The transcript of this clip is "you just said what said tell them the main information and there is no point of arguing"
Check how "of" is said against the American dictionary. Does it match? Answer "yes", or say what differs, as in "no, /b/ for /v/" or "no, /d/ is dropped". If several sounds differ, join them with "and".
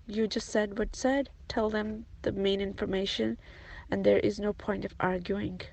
yes